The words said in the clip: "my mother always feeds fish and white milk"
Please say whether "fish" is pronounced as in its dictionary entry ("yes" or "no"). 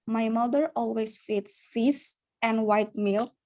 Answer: no